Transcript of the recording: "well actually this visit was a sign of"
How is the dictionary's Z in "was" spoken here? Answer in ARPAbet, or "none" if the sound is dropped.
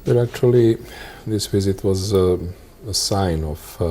Z